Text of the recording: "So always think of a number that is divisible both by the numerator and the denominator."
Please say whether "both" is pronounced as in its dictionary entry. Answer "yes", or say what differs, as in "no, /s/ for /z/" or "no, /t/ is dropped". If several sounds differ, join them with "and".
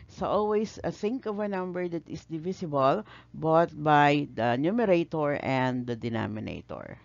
no, /t/ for /θ/